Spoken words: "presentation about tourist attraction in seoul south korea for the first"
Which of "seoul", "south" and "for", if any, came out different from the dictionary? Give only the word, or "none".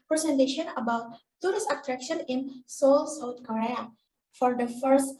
south